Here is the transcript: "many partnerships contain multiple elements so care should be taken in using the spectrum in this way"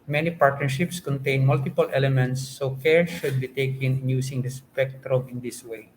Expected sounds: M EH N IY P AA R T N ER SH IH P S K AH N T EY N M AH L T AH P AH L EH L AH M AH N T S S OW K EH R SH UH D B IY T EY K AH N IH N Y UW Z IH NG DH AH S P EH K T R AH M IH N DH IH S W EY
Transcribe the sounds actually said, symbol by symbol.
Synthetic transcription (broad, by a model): M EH N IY P AA R T N ER SH IH P S K AH N T EY N M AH L T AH P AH L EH L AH M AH N T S S OW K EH R SH UH D B IY T EY K AH N IH N Y UW S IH NG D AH S P EH K T R AH M IH N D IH S W EY